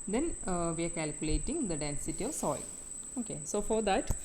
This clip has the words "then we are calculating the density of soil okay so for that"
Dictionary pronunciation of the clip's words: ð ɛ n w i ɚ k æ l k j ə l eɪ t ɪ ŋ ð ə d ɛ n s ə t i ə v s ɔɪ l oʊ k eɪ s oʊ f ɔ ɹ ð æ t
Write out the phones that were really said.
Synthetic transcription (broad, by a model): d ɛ n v i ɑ k æ l k j ə l eɪ t ɪ ŋ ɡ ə d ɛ n s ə t i ə v s ɔɪ l oʊ k eɪ s oʊ f ɔ ɹ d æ t